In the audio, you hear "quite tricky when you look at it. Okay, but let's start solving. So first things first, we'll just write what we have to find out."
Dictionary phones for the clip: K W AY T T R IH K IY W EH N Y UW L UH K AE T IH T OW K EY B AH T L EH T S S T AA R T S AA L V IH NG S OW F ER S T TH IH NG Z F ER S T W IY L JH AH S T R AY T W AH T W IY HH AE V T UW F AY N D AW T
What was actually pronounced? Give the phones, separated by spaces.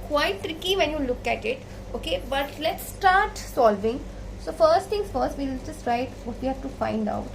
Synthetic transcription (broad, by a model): K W AY T T R IH K IY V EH N Y UW L UH K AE T IH T OW K EY B AH T L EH T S S T AA R T S AA L V IH NG S OW F ER S T T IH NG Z F ER S T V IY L JH AH S T R AY T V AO T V IY HH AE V T UW F AY N D AW T